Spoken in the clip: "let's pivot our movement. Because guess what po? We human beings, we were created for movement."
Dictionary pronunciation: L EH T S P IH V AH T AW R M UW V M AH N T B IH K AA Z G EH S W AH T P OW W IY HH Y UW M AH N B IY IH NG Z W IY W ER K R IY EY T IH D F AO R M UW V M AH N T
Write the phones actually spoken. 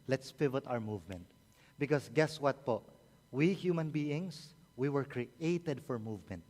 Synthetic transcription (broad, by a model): L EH T S P IH V AH T AW R M UW V M AH N T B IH K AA S G EH S W AH T P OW W IY HH Y UW M AH N B IY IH NG S W IY W ER K R IY EY T IH D F AO R M UW V M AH N T